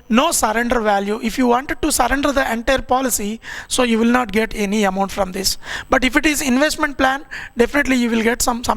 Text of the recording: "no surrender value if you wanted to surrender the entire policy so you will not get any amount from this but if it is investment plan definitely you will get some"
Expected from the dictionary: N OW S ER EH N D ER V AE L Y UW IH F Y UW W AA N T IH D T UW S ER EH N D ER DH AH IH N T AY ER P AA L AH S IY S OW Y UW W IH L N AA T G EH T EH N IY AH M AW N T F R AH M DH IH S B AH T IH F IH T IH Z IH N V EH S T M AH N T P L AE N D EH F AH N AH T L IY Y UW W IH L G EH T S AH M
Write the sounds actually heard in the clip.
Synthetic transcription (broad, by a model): N OW S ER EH N D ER V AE L Y UW IH F Y UW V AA N T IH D T UW S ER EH N D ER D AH IH N T AY ER P AA L AH S IY S OW Y UW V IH L N AA T G EH T EH N IY AH M AW N T F R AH M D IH S B AH T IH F IH T IH Z IH N V EH S T M AH N T P L AE N D EH F AH N AH T L IY Y UW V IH L G EH T S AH M